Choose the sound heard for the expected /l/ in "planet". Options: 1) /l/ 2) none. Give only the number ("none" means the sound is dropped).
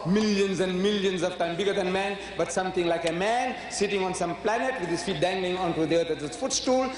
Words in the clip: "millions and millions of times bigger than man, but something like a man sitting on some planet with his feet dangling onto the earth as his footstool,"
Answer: 1